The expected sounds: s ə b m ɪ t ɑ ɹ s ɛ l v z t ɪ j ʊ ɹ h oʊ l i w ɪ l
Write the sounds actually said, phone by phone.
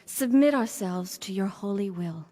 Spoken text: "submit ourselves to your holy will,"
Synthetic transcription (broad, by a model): s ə b m ɪ t ɑ ɹ s ɛ l v z t ɪ j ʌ ɹ h oʊ l i w ɪ l